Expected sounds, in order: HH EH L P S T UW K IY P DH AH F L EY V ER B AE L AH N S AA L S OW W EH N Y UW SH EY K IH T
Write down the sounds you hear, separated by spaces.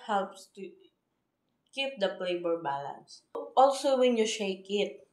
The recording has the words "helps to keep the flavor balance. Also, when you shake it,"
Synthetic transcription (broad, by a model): HH EH L P S T UW K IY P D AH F L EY B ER B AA L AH N S AA L S OW W EH N Y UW SH EY K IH T